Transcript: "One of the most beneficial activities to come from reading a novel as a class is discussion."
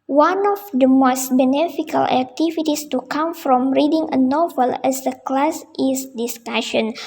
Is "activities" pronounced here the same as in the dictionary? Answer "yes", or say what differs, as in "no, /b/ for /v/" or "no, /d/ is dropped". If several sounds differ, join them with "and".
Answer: no, /s/ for /z/